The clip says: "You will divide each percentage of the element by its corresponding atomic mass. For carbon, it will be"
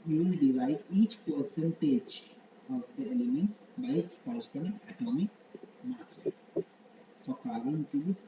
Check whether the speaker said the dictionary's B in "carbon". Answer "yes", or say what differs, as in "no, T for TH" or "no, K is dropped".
no, B is dropped